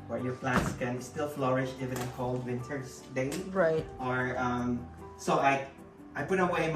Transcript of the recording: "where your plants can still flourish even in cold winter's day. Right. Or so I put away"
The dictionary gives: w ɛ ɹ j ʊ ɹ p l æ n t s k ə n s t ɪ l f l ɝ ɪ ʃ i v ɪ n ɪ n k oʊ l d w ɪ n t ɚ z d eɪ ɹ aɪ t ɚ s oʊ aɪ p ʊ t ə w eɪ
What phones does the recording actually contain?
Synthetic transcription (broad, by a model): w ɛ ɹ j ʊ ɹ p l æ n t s k ə n s t ɪ l f l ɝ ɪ ʃ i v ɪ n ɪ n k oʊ l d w ɪ n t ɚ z d eɪ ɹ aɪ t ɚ s oʊ aɪ p ʊ t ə w eɪ